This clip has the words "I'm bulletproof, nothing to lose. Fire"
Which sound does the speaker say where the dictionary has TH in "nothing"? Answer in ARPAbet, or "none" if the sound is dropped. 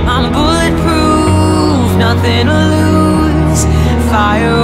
TH